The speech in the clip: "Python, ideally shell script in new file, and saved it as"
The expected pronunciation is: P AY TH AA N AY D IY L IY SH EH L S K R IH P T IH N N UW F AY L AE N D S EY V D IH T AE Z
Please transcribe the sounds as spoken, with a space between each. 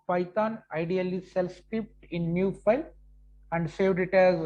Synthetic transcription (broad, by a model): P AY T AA N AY D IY L IY S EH L S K IH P T IH N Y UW F AY L AE N D S EY V D IH T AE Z